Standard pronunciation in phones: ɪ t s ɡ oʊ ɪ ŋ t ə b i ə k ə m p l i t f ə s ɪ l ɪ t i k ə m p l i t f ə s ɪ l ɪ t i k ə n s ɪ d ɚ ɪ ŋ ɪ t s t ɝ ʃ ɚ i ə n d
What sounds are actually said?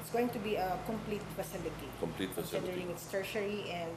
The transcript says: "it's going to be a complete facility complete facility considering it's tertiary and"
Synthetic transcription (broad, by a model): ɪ t s ɡ oʊ ɪ ŋ t ə b i ə k ə m p l i t f ə s ɪ l ɪ t i k ə m p l i t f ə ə s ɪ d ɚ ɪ ŋ ɪ t s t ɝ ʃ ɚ i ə n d